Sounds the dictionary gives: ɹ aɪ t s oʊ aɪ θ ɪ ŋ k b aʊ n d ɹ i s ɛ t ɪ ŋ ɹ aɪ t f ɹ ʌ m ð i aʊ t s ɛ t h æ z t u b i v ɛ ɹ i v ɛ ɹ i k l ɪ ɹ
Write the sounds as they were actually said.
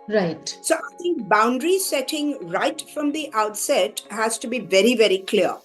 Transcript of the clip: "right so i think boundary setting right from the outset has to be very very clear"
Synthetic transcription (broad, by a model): ɹ aɪ t s oʊ aɪ t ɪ ŋ k b aʊ n d ɹ i s ɛ t ɪ ŋ ɹ aɪ t f ɹ ʌ m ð i aʊ t s ɛ t h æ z t u b i v ɛ ɹ i v ɛ ɹ i k l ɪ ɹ